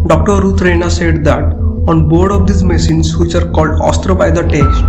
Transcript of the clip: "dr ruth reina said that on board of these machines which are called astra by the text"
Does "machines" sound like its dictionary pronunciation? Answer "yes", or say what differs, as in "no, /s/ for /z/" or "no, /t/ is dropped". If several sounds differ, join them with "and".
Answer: no, /s/ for /ʃ/